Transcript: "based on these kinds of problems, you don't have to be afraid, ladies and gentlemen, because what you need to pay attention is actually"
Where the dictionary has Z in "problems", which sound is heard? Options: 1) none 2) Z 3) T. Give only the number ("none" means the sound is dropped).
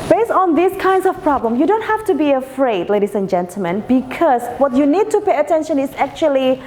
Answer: 1